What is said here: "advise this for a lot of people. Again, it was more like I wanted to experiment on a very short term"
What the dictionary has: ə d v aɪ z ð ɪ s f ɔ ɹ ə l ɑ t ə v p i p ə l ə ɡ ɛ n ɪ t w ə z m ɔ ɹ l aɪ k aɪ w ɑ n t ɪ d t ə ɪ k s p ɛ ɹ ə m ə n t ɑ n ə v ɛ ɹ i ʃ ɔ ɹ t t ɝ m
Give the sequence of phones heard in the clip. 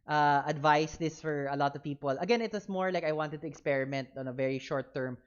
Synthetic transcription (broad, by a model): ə d v aɪ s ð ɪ s f ɔ ɹ ə l ɑ t ə v p i p ə l ə ɡ ɛ n ɪ t w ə s m ɔ ɹ l aɪ k aɪ w ɑ n t ɪ d t ə ɪ k s p ɛ ɹ ə m ə n t ɑ n ə v ɛ ɹ i ʃ ɔ ɹ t t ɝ m